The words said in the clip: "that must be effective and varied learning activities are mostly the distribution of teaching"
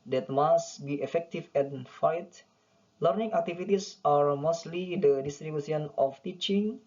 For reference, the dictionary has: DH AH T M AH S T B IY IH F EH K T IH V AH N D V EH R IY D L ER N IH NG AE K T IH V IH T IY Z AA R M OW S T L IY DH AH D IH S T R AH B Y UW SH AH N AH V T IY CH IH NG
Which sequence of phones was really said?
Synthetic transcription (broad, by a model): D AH T M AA S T B IY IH F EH K T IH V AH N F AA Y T L ER N IH NG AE K T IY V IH T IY S AA R M OW S T L IY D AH D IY S T R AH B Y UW S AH N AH F T IY CH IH NG